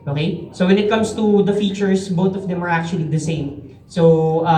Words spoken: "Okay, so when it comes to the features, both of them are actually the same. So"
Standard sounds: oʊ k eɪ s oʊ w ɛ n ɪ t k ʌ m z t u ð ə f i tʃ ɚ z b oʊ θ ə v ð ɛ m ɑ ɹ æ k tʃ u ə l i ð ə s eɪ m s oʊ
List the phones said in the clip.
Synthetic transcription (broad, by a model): oʊ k eɪ s oʊ w ɛ n ɪ t k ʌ m s t u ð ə f i tʃ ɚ s b oʊ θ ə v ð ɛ m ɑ ɹ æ k tʃ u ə l i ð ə s eɪ m s oʊ